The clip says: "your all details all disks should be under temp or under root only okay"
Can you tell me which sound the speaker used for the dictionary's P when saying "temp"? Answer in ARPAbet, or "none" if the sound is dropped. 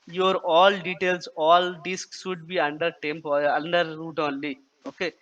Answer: P